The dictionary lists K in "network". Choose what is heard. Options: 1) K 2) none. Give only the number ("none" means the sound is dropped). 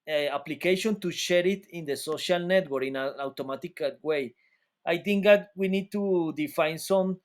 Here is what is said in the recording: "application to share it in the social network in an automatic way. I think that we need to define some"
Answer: 2